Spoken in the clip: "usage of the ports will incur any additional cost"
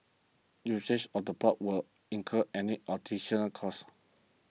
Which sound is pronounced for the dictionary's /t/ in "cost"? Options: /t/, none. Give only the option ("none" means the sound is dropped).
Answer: none